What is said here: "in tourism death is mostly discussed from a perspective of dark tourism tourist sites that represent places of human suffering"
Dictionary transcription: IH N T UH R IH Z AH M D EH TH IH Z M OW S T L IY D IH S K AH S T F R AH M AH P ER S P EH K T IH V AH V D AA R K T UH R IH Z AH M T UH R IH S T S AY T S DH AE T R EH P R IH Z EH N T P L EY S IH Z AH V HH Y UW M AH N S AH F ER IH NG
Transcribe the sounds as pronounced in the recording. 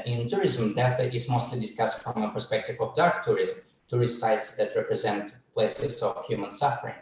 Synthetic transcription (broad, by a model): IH N T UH R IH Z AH M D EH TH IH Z M OW S T L IY D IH S K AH S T F R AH M AH P ER S P EH K T IH V AH V D AA R K T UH R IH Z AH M T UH R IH S T S AY T S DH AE T R EH P R IH Z EH N T P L EY S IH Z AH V HH Y UW M AH N S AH F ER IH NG